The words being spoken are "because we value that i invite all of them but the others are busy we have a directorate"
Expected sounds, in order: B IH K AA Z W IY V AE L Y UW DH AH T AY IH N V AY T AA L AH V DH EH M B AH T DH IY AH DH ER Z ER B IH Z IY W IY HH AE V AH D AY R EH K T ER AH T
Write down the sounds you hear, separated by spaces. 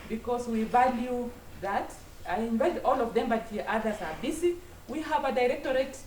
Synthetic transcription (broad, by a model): B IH K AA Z W IY V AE L Y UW DH AH T AY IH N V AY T AA L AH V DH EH M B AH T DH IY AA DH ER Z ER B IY S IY W IY HH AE V AH D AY R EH K T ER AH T